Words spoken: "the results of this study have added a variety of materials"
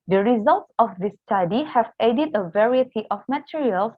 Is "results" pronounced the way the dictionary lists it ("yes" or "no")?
yes